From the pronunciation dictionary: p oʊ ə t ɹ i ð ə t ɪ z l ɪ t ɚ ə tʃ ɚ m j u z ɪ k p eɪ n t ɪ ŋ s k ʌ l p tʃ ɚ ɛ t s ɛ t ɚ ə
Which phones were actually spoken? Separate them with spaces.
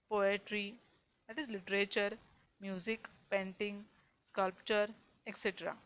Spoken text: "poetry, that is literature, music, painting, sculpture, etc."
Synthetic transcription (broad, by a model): p oʊ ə t ɹ i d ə t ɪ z l ɪ t ɚ ə tʃ ɚ m j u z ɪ k p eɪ n t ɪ ŋ s k ʌ l p tʃ ɚ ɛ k s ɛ t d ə